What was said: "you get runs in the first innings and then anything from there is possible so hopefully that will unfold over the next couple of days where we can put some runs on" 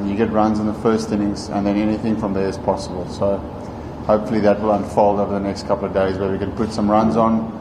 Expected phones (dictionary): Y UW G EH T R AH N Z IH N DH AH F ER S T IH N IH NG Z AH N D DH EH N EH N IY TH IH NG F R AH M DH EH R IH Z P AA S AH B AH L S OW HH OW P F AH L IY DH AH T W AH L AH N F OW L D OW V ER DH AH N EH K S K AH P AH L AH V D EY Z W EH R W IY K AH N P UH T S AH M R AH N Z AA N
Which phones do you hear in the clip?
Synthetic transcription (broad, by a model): Y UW G EH T R AH N Z IH N DH AH F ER S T IH N IH NG Z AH N DH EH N EH N IY TH IH NG F R AH M DH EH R IH Z P AA S AH B AH L S OW HH OW P F AH L IY DH AH T W AH L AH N F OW L D OW V ER DH AH N EH K S K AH P L AH V D EY Z W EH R W IY K AH N P UH T S AH M R AH N Z N